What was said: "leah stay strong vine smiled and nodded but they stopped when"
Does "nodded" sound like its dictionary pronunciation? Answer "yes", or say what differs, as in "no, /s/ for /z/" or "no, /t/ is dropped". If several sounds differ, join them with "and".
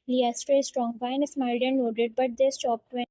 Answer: no, /l/ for /n/